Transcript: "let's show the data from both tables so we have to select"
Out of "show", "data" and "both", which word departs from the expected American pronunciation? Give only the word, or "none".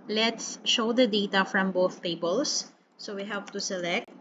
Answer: none